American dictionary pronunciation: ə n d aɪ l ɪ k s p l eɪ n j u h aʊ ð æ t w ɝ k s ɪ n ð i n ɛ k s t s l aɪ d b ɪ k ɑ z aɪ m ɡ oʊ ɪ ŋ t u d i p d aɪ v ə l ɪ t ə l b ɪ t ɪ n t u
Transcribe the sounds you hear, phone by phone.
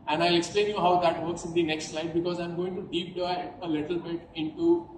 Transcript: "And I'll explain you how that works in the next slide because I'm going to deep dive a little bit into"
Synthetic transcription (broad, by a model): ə n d aɪ l ɪ k s p l eɪ n j u h aʊ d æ t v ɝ k s ɪ n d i n ɛ k s t s l aɪ d b ɪ k ɑ z aɪ m ɡ oʊ ɪ ŋ t u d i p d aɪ ə l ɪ t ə l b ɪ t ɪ n t u